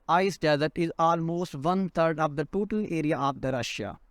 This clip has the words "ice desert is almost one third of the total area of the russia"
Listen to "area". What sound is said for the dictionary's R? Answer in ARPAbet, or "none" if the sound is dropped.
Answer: R